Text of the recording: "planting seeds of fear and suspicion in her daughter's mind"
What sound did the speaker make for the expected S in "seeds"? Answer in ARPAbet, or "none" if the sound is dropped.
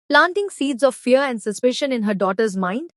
S